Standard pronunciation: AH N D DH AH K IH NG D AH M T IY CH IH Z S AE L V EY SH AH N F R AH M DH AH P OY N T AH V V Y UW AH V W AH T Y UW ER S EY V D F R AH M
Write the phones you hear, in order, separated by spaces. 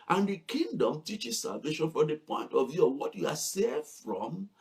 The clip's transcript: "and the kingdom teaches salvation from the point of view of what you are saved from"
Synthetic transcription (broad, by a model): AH N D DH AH K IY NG D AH M T IY CH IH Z S AE L V EY SH AH N F R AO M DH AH P OY N T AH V V Y UW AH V W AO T Y UW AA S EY D F R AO M